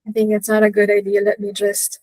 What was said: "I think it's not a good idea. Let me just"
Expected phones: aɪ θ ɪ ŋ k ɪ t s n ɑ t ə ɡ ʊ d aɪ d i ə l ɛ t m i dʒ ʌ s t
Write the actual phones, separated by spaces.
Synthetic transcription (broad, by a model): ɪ θ ɪ ŋ k ɪ t s n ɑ t ə ɡ ʊ d aɪ d i ə l ɛ t m i dʒ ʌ s t